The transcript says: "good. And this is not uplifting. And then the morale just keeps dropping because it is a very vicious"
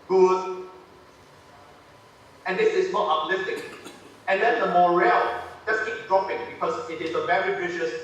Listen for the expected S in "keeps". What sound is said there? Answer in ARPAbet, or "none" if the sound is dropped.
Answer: none